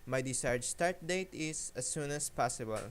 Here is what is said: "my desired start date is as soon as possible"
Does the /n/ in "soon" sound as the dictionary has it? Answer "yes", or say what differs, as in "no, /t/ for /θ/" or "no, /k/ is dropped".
yes